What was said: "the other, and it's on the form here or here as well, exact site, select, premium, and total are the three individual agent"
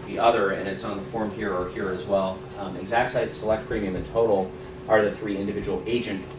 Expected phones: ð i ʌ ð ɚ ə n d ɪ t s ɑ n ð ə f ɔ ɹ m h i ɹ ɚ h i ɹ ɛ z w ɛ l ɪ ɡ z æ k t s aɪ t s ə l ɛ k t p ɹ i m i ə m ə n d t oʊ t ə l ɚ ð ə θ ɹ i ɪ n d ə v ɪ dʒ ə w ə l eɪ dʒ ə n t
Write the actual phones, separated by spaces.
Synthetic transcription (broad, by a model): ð i ʌ ð ɚ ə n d ɪ t s n ð ə f ɔ ɹ m h i ɹ ɚ h i ɹ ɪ z w ɛ l ɪ ɡ z æ k t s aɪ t s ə l ɛ k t p ɹ i m i ə m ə n t oʊ t l ɚ ð ə θ ɹ i ɪ n d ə v ɪ dʒ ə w l eɪ dʒ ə n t